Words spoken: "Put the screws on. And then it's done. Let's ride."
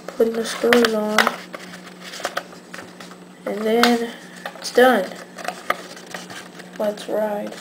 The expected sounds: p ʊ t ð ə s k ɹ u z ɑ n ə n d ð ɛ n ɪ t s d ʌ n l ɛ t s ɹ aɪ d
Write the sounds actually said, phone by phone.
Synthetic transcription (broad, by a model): p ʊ t ð ə s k u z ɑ n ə n ð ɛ n ɪ t s d ʌ n w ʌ t s ɹ aɪ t